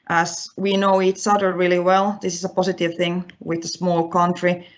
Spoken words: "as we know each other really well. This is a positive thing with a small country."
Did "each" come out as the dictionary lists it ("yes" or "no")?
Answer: no